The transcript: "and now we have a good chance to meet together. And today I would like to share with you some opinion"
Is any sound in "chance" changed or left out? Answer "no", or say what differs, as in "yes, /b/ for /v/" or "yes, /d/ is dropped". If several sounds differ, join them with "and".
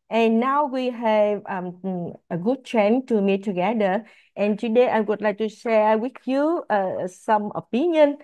yes, /s/ is dropped